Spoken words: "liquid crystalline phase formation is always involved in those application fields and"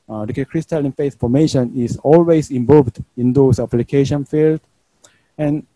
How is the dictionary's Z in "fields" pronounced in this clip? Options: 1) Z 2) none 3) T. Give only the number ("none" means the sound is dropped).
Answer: 2